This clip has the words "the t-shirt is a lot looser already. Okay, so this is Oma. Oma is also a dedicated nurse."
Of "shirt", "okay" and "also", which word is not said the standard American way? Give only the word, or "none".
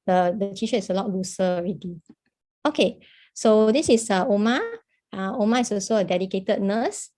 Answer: shirt